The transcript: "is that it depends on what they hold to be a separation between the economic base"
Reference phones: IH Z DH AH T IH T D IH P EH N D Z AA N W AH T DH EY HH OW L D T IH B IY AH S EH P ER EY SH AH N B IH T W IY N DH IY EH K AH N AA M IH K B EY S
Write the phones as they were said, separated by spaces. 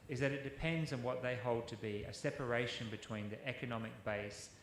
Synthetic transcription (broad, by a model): IH Z DH AH T IH T D IH P EH N D Z N W AH T DH EY HH OW L D T IH B IY AH S EH P ER EY SH AH N B IH T W IY N DH IY EH K AH N AA M IH K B EY S